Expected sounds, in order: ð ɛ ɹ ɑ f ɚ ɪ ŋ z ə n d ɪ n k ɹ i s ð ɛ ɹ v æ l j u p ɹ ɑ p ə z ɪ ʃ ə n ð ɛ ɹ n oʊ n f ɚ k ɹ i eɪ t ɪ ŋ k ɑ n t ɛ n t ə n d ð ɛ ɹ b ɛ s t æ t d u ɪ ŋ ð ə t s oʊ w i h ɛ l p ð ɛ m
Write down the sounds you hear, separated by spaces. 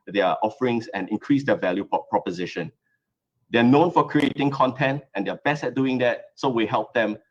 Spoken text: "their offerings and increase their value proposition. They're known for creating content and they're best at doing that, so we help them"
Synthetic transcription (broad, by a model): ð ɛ ɑ f ɚ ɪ ŋ s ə n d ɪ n k ɹ i s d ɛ v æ l j u p ɹ ɑ p ə z ɪ ʃ ə n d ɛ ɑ n oʊ n f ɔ k ɹ i eɪ t ɪ ŋ k ɑ n t ɛ n t ə n d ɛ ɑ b ɛ s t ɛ t d u ɪ ŋ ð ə t s oʊ w i h ɛ l p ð ɛ m